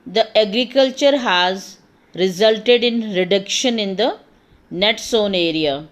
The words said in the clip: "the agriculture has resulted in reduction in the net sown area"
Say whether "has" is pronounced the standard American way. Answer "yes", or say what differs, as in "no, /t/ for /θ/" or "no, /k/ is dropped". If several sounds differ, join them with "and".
yes